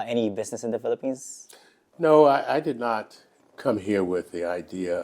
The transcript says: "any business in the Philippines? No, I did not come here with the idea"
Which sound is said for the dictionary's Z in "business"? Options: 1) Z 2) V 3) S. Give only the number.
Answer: 1